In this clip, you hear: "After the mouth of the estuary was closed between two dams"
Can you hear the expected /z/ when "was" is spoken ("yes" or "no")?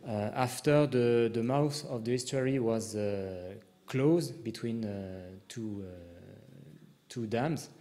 yes